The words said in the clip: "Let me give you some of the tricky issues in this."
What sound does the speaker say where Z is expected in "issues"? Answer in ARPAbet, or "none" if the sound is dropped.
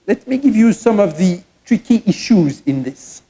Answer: Z